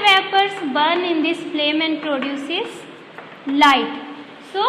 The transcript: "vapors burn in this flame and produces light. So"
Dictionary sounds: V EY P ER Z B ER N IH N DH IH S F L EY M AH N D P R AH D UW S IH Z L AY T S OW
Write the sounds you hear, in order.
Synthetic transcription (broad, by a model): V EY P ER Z B ER N IH N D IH S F L EY M AH N D P R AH D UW S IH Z L AY T S OW